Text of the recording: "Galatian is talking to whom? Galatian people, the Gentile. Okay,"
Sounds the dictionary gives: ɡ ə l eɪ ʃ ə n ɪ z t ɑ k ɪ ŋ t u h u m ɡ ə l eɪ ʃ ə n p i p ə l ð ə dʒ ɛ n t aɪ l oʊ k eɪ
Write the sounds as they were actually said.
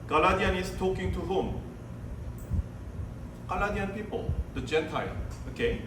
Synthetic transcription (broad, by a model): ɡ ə l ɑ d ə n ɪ s t ɑ k ɪ ŋ t u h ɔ m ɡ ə l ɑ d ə n p i p ə l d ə dʒ ɛ n t aɪ l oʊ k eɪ